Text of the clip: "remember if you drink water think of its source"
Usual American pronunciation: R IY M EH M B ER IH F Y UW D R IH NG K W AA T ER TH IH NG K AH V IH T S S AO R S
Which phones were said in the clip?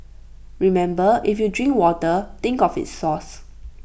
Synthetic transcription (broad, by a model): R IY M EH M B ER IH F Y UW D R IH NG K W AA T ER T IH NG K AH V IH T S S AO S